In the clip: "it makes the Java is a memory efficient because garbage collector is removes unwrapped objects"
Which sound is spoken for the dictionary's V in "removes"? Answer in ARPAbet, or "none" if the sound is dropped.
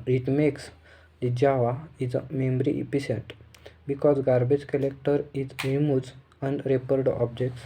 none